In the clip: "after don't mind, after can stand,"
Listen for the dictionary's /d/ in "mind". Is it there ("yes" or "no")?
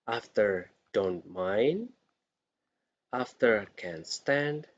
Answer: yes